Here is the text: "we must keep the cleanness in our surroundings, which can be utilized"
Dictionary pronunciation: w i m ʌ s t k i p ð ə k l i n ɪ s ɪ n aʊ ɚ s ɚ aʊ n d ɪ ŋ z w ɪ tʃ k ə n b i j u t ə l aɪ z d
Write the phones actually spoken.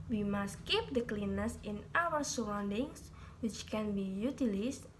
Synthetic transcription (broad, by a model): w i m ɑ s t k i p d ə k l i n ɪ s ɪ n aʊ ɚ s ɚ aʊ n d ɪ ŋ s w ɪ tʃ k ə n b i j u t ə l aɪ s